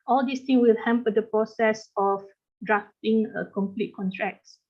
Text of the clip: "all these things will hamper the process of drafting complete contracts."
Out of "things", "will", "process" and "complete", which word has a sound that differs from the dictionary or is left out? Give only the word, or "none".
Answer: things